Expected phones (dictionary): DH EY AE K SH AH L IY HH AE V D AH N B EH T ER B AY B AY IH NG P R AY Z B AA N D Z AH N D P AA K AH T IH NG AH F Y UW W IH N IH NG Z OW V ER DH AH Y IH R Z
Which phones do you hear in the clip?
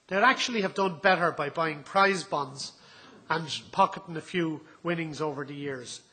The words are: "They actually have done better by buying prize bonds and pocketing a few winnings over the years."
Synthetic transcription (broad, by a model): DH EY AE K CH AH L IY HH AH V D AH N B EH T ER B AY B AY IH NG P R AY Z B AA N D Z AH N P AA K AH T IH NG AH F Y UW W IH N IH NG Z OW V ER DH AH Y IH R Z